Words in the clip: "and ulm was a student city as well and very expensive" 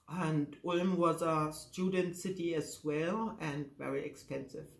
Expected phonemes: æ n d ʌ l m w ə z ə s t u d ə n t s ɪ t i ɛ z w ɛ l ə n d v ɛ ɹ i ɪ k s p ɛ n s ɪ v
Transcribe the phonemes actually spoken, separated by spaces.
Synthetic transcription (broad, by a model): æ n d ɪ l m w ə z ə s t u d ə n t s ɪ t i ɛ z w ɛ l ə n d v ɛ ɹ i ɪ k s p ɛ n s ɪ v